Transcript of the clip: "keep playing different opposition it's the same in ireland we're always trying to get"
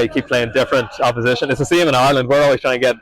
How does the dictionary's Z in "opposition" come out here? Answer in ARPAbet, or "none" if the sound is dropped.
Z